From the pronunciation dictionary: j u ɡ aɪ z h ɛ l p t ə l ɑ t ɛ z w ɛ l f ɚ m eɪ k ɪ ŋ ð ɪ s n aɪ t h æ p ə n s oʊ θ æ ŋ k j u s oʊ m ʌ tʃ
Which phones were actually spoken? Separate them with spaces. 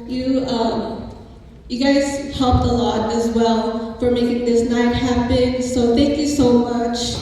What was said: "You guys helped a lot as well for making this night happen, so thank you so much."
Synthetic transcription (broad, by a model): j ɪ ɡ aɪ z h ɛ l p t ə l ɑ t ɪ z w ɛ l f ɚ m eɪ k ɪ ŋ ð ɪ s n aɪ t h æ p ə n s oʊ θ æ ŋ k j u s oʊ m ʌ tʃ